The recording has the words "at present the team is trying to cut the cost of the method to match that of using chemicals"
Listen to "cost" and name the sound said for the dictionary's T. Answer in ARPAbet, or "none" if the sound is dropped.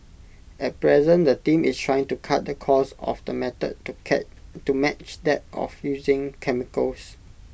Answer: none